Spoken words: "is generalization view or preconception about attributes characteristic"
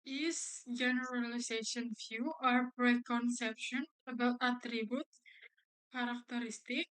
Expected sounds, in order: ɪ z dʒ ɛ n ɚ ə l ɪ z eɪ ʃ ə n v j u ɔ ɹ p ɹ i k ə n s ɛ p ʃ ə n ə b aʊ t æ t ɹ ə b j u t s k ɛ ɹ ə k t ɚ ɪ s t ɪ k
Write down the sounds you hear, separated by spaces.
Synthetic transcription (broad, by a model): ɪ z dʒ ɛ n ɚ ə l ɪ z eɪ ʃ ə n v j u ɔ ɹ p ɹ i k ə n s ɛ p ʃ ə n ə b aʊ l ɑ t ɹ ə b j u t k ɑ ɹ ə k t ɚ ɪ s t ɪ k